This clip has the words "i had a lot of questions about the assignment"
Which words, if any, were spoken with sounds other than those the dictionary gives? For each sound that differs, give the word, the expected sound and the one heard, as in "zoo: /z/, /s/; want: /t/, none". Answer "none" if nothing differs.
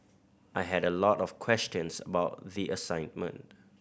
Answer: questions: /z/, /s/